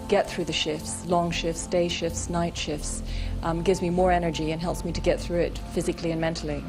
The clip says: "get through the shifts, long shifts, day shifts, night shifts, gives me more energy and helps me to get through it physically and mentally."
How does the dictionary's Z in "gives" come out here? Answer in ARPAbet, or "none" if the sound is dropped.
Z